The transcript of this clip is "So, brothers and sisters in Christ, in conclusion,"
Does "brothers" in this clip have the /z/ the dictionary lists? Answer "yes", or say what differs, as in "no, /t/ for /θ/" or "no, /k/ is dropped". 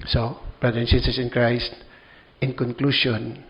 no, /z/ is dropped